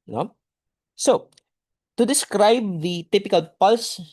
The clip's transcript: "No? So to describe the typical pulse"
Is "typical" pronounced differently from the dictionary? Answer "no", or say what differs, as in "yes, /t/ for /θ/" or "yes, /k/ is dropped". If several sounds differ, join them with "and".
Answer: no